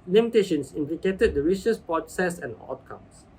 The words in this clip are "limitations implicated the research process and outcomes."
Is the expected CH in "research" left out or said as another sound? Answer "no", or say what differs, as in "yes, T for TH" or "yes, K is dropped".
yes, S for CH